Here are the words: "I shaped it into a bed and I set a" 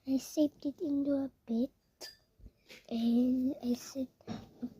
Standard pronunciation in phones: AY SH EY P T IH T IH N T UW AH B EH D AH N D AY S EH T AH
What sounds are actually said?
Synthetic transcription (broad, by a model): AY S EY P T IH T IH N T UW AH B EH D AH N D AY S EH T